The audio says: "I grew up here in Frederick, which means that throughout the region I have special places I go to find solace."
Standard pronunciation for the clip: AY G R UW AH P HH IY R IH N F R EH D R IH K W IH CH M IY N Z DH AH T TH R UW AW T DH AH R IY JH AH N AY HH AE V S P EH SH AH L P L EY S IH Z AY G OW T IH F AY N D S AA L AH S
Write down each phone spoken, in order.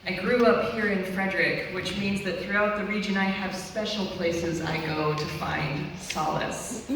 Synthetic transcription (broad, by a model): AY G R UW AH P HH IY R IH N F R EH D R IH K W IH CH M IY N Z DH AH T TH R UW AW T DH AH R IY JH AH N AY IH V S P EH SH L P L EY S IH Z AY G OW T IH F AY N D S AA L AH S